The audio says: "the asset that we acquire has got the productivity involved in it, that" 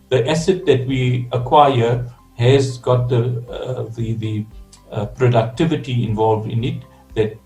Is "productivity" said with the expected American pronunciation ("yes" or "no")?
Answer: yes